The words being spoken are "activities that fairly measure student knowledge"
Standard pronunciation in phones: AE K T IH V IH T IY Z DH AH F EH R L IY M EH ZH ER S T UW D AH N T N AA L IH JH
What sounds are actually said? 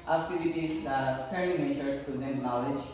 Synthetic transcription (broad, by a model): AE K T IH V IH T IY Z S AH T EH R IY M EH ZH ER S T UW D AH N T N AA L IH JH